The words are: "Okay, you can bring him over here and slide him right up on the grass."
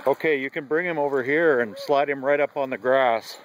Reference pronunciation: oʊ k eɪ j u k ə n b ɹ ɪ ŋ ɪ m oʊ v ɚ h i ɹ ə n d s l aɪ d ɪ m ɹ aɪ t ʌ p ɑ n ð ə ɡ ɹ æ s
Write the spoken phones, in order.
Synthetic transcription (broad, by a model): oʊ k eɪ j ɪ k ə n b ɹ ɪ ŋ ɪ m oʊ v ɚ h i ɹ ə n s l aɪ d ɪ m ɹ aɪ t ʌ p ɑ n ð ə ɡ ɹ æ s